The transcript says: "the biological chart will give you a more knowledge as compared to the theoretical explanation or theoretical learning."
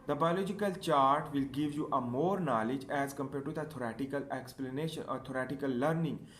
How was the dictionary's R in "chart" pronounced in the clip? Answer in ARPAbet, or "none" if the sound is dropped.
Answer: R